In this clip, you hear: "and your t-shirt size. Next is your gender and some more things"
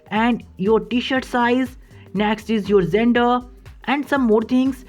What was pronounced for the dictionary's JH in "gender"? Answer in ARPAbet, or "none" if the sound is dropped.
Z